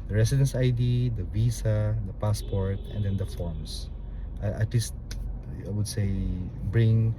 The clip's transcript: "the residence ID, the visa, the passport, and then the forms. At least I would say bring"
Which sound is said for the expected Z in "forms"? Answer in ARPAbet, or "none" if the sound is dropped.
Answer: S